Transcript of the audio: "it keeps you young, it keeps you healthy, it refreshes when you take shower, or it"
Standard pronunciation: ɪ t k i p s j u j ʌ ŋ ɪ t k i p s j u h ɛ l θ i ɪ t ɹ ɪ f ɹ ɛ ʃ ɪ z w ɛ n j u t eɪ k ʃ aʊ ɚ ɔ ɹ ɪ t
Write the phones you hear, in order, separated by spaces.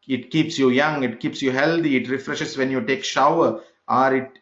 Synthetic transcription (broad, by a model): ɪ t k i p s j u j ʌ ŋ ɪ t k i p s j u h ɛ l t i ɪ t ɹ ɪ f ɹ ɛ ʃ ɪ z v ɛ n j u t eɪ k ʃ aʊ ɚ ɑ ɹ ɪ t